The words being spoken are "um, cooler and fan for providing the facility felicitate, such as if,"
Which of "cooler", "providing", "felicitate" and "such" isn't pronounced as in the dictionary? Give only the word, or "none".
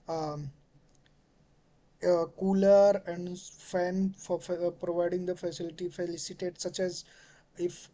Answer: none